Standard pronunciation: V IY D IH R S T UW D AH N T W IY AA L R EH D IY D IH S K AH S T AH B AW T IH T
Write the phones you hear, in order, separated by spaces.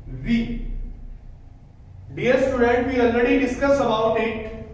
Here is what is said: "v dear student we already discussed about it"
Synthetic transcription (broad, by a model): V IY D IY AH S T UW D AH N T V IY AA L R EH D IY D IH S K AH S AH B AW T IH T